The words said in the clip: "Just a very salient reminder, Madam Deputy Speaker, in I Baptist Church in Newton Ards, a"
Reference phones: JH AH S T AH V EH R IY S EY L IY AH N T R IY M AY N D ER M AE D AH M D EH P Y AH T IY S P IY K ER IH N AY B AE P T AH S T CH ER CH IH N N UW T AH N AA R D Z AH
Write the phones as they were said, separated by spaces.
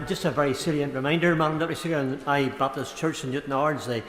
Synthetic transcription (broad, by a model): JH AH S T AH V EH R IY S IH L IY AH N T R IY M AY N D ER M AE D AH M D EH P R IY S IY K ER IH N AY B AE P T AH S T CH ER CH IH N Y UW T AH N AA R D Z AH